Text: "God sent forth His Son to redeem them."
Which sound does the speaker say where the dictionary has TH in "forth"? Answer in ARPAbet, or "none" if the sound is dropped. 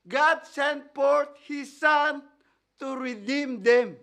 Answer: T